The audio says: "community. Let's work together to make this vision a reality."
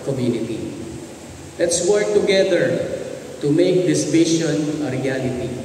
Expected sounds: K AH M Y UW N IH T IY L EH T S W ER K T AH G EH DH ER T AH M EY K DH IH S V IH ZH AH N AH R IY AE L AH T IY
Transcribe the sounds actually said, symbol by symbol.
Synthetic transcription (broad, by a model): K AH M Y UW N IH T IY L EH T S W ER K T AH G EH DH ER T AH M EY K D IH S P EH SH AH N AH R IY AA L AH T IY